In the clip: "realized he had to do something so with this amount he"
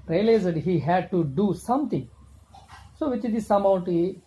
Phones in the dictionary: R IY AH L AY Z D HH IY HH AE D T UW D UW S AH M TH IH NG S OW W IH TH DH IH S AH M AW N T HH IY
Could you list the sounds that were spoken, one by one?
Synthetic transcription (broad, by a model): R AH L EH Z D HH IY HH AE D T UW D UW S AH M T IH NG S OW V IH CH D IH S AH M AW N T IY